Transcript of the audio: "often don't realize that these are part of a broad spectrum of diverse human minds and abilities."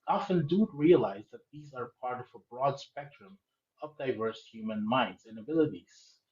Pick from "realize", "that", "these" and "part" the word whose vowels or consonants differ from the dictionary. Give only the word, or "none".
none